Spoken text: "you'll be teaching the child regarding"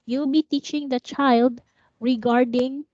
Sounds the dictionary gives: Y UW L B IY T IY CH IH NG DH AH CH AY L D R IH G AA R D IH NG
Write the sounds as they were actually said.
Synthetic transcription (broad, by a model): Y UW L B IY T IY CH IH NG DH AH CH AY L D R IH G AA R D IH NG